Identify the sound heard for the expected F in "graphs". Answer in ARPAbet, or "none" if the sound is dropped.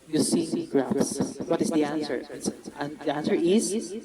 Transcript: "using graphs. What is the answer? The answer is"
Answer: none